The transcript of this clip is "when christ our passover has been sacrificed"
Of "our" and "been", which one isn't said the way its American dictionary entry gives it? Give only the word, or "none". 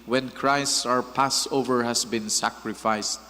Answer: none